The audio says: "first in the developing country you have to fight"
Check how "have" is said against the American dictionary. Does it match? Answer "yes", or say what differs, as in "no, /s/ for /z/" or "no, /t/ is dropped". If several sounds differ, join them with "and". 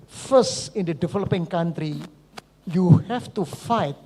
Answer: no, /f/ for /v/